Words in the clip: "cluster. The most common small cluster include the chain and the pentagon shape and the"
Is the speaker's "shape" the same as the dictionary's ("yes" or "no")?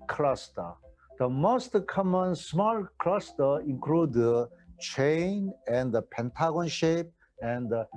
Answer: yes